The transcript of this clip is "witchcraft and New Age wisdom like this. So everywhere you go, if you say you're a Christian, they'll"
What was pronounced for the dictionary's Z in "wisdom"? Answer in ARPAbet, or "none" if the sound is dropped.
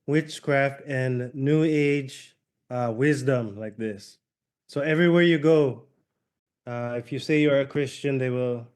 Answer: Z